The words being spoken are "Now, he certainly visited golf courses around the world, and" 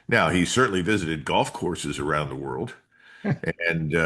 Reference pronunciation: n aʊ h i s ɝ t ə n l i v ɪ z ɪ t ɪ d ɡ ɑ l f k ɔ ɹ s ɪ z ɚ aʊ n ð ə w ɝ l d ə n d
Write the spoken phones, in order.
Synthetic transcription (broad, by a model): n aʊ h i s ɝ t n l i v ɪ z ɪ t ɪ d ɡ ɑ l f k ɔ ɹ s ɪ z ɚ aʊ n ð ə w ɝ l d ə n